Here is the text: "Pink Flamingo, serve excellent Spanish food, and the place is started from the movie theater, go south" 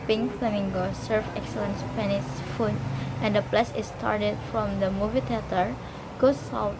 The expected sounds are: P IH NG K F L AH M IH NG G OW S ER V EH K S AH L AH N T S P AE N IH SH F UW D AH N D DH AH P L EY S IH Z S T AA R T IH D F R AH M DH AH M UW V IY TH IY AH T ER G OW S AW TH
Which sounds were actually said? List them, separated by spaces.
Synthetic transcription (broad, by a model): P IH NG F L AH M IH NG G OW S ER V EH K S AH L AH N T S P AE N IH S F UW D AH N D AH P L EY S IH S T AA R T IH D F R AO M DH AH M UW V IY T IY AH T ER G OW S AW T